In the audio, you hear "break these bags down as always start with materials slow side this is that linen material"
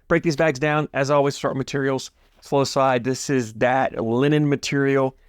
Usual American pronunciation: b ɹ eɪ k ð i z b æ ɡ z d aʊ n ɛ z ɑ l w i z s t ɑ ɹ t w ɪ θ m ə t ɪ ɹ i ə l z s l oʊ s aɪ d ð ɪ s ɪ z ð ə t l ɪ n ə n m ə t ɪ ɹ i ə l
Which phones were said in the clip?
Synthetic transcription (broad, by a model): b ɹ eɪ k ð i z b æ ɡ z d aʊ n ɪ z ɑ l w i z s t ɑ ɹ t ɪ m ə t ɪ ɹ i l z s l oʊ s aɪ d ð ɪ s ɪ z ð ə t l ɪ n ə n m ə t ɪ ɹ i l